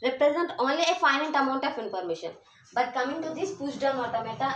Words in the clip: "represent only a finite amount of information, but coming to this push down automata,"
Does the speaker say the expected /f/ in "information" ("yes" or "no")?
no